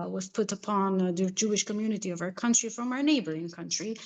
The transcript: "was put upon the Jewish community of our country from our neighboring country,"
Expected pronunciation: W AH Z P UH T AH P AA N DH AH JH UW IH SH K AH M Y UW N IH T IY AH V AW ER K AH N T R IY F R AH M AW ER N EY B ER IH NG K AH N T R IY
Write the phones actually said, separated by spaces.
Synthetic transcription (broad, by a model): W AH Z P UH T AH P AA N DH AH JH UW IH SH K AH M Y UW N IH T IY AH V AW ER K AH N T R IY F R AH M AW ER N EY B ER IH NG K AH N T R IY